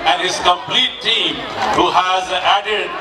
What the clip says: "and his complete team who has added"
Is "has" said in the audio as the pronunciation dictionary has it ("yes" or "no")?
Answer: yes